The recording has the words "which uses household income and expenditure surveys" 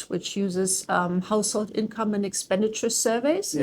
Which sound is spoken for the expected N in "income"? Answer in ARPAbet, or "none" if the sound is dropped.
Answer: N